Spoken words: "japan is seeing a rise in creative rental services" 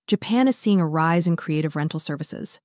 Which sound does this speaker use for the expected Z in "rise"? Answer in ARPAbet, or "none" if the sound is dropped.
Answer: Z